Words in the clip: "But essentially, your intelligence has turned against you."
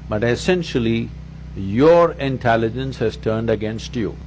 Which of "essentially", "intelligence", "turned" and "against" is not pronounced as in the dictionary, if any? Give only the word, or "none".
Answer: none